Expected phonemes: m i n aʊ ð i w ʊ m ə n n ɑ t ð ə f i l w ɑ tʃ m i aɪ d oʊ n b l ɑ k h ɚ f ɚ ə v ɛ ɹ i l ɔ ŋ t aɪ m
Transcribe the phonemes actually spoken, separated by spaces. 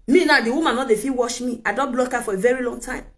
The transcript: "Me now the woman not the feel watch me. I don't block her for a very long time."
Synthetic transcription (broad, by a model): m i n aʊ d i w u m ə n n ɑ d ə f i w ɑ ʃ m i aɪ d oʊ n b l ɑ k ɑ f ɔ ə v ɛ ɹ i l ɔ ŋ t aɪ m